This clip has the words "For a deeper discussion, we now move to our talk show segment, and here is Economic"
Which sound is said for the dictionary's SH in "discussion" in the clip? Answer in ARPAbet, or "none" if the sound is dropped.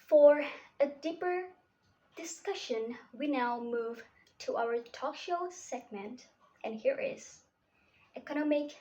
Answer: SH